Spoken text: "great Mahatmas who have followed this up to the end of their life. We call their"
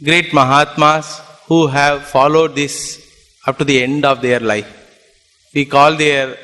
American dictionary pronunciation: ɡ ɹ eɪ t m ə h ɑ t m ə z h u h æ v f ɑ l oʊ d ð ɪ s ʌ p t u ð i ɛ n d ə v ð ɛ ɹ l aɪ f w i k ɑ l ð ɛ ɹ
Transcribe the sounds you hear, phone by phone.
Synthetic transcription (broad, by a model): ɡ ɹ eɪ t m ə h ɑ t m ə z h u h æ v f ɑ l oʊ d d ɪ s ʌ p t u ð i ɛ n d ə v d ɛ ɹ l aɪ f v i k ɑ l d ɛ ɹ